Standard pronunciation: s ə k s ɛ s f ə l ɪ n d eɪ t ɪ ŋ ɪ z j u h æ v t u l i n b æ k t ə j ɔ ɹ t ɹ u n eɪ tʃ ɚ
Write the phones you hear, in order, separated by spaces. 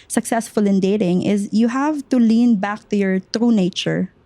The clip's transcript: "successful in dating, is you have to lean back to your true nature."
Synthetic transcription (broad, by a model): s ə k s ɛ s f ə l ɪ n d eɪ t ɪ ŋ ɪ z j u h æ v t u l i n b æ k t ə j ɔ ɹ t ɹ u n eɪ tʃ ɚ